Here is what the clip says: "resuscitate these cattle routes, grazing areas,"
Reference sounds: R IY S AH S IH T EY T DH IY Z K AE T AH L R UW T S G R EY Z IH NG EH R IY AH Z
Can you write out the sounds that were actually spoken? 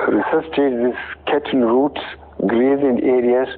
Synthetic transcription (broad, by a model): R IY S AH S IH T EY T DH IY S K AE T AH N R UW T S G R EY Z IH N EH R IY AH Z